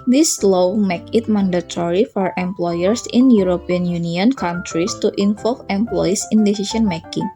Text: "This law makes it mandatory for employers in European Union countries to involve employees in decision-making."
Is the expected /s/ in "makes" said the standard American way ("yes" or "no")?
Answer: no